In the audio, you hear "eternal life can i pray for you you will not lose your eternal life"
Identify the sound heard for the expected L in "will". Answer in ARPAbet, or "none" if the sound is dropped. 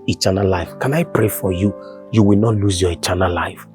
L